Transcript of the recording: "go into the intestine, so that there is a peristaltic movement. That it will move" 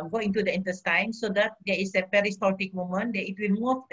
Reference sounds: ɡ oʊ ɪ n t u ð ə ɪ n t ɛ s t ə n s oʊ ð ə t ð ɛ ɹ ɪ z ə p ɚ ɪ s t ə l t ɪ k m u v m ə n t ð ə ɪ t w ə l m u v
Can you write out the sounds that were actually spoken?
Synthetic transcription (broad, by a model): ɡ oʊ ɪ n t u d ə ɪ n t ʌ s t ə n s oʊ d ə t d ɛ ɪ s ə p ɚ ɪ s t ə t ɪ k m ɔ m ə n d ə ɪ t w ə l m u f